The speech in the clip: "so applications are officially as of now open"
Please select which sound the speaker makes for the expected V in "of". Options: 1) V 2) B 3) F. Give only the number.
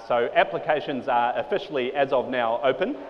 1